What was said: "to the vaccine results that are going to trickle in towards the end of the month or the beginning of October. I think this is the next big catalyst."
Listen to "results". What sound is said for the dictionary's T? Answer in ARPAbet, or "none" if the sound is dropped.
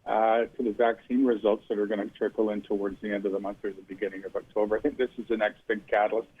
T